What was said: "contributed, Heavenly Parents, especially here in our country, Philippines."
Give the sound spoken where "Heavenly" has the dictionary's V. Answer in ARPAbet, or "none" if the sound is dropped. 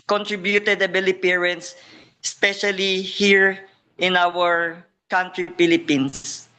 B